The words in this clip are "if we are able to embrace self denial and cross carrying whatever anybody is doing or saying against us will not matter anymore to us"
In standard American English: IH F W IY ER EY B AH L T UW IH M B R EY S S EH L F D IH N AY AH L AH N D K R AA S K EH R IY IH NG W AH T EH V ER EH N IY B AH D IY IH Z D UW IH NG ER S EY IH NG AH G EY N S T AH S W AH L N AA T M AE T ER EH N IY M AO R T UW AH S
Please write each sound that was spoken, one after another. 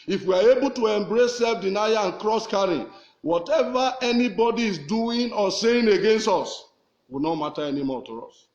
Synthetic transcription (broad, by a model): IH F W IY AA EY B AH L T UW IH M B R EY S S EH L F D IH N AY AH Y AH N K R AA S K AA R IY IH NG W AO T EH V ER EH N IY B AH D IY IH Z D UW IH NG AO S EY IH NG AH G EY N S T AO S W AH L N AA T M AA T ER EH N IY M AO T UW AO S